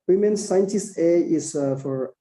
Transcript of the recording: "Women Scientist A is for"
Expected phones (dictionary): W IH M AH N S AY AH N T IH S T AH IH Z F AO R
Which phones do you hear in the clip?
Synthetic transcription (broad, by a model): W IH M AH N S AY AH N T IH S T AH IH S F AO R